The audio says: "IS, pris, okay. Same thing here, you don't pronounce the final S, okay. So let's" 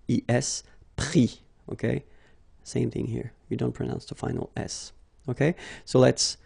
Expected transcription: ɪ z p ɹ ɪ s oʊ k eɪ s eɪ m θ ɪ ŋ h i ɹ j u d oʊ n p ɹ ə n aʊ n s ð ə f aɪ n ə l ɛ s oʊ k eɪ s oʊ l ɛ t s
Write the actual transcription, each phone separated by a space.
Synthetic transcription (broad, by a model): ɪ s p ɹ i oʊ k eɪ s eɪ m θ ɪ ŋ h i ɹ j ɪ d oʊ n p ɹ ə n aʊ n s ð ə f aɪ n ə l ɛ s oʊ k eɪ s oʊ l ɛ t s